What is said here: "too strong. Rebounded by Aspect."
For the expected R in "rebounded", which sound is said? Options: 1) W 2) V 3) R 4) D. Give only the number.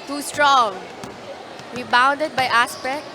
1